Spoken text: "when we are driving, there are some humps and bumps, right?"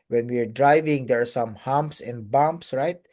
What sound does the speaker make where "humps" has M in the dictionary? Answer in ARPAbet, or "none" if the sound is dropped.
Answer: M